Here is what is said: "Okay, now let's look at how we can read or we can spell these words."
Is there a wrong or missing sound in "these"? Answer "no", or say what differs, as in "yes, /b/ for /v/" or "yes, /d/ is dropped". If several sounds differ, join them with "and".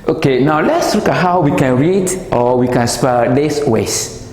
yes, /s/ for /z/